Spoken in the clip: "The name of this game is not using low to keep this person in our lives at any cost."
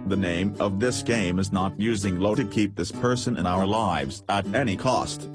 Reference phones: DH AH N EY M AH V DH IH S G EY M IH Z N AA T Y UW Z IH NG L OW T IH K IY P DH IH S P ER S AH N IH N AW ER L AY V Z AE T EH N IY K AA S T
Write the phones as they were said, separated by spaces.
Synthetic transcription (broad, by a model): DH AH N EY M AH V DH IH S G EY M IH Z N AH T Y UW Z IH NG L OW T IH K IY P DH IH S P ER S AH N IH N AW ER L AY V Z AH T EH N IY K AA S T